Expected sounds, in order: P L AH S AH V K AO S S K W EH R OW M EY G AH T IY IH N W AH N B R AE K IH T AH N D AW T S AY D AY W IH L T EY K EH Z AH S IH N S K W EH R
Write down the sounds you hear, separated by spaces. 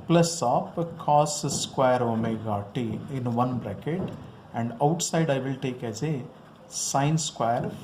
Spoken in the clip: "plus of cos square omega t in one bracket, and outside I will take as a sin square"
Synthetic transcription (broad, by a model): P L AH S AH P K AO S S K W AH R OW M EY G AH T IY IH N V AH N B R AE K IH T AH N D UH T S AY D AY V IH L T EY K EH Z AH S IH N S K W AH R